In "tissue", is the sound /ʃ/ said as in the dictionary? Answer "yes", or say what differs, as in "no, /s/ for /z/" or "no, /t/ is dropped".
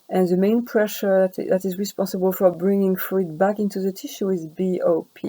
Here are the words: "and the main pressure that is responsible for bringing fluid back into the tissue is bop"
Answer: yes